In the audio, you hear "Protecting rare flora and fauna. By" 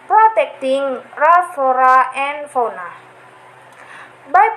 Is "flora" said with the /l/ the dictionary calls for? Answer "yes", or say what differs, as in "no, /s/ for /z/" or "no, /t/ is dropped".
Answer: no, /l/ is dropped